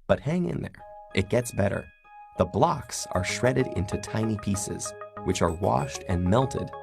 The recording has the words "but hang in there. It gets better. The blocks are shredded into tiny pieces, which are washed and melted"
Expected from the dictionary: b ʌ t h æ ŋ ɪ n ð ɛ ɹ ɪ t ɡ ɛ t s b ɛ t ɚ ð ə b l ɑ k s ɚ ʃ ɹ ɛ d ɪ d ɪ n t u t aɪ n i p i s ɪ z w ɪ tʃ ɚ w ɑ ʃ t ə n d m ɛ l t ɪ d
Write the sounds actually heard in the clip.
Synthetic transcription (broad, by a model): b ʌ t h æ ŋ ɪ n ð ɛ ɹ ɪ t ɡ ɛ t s b ɛ t ɚ ð ə b l ɑ k s ɚ ʃ ɹ ɛ d ɪ d ɪ n t u t aɪ n i p i s ɪ z w ɪ tʃ ɚ w ɑ ʃ t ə n m ɛ l t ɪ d